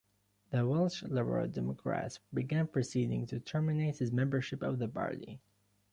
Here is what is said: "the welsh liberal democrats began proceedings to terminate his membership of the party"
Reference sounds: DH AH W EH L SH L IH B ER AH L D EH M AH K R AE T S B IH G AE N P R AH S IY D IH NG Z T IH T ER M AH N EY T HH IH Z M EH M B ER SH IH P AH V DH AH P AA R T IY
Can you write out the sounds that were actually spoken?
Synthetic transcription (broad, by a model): DH AH W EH L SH L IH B ER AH L D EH M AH K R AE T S B IH G AE N P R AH S IY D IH NG T IH T ER M AH N EY T HH IH Z M EH M B ER SH IH P AH V DH AH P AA R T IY